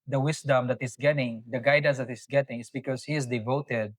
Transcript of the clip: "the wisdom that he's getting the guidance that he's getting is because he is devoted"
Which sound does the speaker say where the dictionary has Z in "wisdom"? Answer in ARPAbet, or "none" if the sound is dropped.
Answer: S